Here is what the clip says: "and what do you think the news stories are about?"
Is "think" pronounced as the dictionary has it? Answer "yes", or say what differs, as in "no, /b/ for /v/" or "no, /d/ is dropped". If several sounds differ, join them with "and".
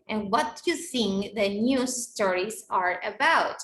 no, /s/ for /θ/